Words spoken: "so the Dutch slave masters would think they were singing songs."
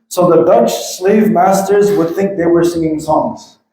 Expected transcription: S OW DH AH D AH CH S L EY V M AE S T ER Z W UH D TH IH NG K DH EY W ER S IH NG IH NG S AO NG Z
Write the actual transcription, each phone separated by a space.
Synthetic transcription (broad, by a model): S OW DH AH D AH CH S L EY V M AE S T ER Z W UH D TH IH NG K DH EY W ER S IH NG IH NG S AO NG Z